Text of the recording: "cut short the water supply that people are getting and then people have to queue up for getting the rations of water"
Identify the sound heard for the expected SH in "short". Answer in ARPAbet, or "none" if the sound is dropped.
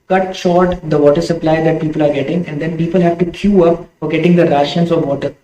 SH